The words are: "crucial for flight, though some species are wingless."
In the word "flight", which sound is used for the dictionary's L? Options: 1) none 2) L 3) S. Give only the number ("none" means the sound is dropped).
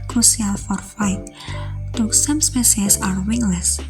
1